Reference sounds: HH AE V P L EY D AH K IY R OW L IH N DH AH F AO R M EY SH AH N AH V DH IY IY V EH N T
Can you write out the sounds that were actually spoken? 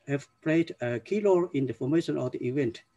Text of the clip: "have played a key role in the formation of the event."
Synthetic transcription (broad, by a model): HH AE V P L EY D AH K IY L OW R IH N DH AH F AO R M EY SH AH N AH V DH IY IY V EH N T